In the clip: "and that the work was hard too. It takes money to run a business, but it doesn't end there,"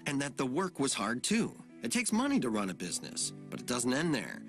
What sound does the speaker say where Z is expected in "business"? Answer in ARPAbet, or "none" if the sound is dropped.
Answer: Z